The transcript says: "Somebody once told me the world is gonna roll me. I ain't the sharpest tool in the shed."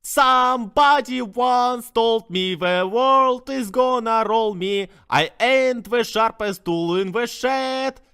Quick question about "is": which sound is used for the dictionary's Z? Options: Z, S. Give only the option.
Z